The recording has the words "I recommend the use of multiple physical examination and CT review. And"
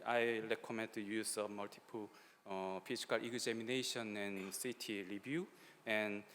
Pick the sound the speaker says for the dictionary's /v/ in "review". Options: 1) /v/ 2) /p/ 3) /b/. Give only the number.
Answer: 3